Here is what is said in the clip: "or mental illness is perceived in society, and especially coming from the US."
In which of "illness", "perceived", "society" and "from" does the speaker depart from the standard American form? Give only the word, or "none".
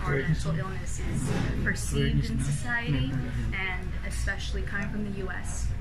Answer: perceived